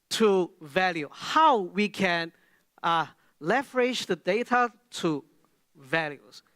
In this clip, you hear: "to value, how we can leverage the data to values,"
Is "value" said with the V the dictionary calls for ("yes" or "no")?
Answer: yes